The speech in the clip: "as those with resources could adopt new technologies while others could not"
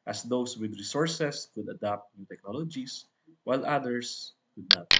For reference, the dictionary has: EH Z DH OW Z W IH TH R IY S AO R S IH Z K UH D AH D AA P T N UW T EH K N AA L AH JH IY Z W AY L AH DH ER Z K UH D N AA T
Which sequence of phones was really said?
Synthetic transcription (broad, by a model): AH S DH OW S W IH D R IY S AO R S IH S K UH D AH D AA P T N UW T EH K N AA L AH JH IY S W AY L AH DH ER S K UH D N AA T